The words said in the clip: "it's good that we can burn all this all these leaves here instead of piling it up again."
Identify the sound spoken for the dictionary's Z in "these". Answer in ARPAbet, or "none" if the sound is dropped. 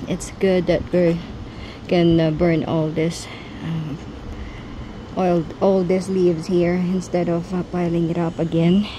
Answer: S